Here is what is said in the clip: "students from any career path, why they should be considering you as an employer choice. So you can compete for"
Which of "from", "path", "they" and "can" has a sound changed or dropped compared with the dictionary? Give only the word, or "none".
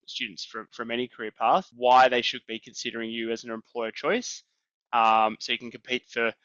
none